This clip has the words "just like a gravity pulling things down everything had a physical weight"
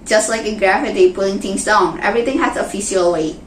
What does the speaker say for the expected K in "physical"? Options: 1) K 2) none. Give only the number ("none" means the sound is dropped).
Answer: 2